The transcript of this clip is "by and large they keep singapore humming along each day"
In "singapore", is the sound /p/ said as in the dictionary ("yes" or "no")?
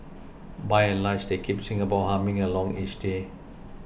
no